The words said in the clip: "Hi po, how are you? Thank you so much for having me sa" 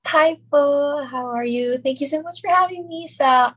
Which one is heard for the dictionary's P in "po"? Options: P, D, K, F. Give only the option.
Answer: F